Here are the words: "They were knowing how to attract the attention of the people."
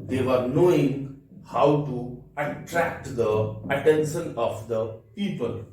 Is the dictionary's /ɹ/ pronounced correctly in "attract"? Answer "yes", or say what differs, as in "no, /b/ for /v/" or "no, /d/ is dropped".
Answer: yes